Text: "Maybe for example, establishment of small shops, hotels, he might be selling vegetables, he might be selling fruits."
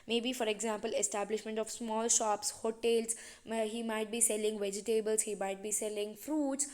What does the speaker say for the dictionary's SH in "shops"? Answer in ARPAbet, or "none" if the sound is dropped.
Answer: SH